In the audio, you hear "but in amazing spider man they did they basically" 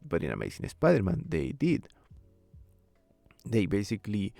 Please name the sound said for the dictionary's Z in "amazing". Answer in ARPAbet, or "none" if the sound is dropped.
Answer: S